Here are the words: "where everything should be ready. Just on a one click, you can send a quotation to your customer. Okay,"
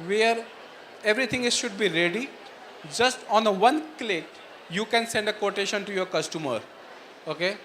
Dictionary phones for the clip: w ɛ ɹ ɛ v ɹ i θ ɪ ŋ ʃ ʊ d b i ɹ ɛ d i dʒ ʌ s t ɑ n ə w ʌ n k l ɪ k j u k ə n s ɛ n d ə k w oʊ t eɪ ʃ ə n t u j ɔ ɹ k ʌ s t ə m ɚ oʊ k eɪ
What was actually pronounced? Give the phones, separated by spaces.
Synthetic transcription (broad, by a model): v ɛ ɹ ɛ v ɹ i t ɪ ŋ ʃ ʊ d b i ɹ ɛ d i dʒ ʌ s t ɑ n ə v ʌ n k l ɪ k j u k ə n s ɛ n d ə k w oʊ t eɪ ʃ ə n t u j ɔ ɹ k ʌ s t ə m ɚ oʊ k eɪ